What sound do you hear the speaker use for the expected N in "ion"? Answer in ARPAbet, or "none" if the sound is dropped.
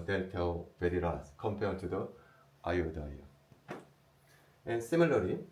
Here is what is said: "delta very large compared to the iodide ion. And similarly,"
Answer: none